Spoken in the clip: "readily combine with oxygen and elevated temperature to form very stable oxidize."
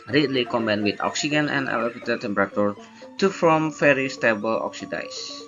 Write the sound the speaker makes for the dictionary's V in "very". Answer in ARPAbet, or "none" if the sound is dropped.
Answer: F